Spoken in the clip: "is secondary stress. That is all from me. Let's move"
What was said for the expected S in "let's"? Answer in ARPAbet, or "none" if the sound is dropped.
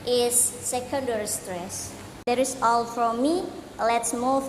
S